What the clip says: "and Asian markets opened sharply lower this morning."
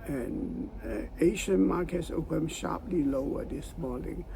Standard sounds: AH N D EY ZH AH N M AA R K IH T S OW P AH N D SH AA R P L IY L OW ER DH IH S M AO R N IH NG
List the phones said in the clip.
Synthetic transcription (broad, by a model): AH N EY SH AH N M AA R K IH T S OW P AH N SH AA R P L IY L OW ER DH IH S M AO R N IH NG